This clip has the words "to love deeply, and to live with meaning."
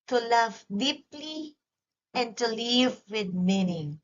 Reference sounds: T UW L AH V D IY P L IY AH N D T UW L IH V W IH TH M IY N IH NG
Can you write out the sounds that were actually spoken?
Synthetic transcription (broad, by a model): T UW L AH V D IY P L IY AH N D T UW L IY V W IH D M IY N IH